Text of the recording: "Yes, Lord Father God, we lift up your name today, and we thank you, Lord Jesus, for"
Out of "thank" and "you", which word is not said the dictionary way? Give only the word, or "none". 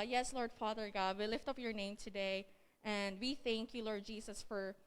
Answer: none